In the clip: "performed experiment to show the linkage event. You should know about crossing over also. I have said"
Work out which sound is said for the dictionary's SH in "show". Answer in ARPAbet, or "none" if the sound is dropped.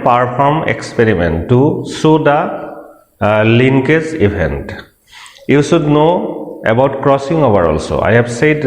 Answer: S